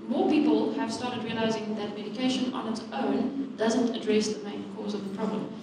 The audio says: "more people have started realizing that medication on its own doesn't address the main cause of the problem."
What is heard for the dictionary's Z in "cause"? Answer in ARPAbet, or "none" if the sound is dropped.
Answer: Z